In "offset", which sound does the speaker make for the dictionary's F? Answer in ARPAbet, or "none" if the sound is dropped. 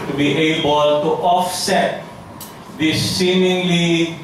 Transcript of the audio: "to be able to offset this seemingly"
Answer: F